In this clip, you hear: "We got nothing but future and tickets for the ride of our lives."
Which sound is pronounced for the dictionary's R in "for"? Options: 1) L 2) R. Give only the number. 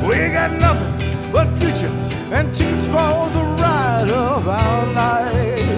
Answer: 1